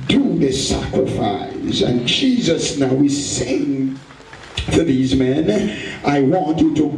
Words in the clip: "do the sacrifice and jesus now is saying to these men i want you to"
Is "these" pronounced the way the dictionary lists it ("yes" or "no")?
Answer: yes